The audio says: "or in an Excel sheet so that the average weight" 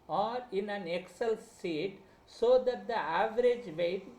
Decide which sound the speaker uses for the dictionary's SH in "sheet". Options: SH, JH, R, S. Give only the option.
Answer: S